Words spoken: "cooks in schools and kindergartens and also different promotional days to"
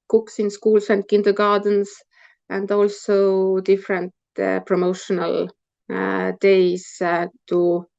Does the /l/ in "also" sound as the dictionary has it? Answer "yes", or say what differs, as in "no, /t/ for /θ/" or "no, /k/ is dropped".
yes